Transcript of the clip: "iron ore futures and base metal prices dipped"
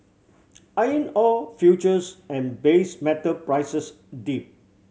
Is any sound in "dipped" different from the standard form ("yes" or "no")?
yes